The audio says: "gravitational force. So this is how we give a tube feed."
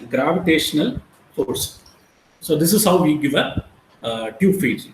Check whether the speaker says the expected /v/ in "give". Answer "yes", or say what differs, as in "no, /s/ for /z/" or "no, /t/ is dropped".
yes